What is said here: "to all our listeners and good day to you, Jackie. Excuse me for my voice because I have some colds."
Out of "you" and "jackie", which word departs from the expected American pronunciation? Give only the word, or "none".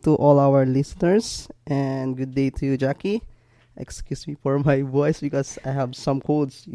none